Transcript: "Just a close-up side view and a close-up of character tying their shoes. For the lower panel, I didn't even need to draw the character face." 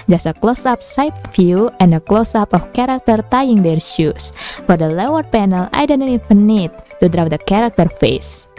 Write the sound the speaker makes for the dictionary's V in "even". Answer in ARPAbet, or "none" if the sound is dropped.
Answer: F